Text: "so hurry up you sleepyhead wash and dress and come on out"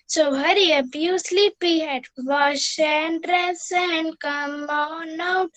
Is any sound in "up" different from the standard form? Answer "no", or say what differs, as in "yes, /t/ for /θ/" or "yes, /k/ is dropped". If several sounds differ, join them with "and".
yes, /b/ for /p/